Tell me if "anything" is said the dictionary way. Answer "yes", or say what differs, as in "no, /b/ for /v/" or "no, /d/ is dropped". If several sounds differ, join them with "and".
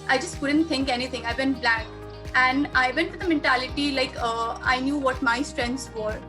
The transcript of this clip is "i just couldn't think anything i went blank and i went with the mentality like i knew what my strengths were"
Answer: no, /t/ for /θ/